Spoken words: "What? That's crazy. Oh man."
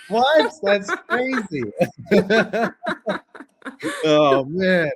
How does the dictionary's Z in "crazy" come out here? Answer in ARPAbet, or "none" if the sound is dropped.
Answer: Z